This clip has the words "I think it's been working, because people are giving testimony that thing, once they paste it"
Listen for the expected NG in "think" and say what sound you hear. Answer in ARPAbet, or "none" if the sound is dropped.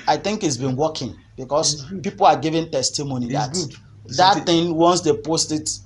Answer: NG